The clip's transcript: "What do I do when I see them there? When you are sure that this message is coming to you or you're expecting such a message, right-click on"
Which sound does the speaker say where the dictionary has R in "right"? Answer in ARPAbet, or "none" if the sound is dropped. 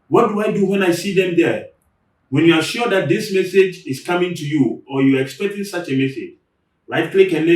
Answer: L